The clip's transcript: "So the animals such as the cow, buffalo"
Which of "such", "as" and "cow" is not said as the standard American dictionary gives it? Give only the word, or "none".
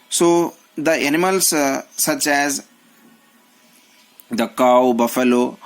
none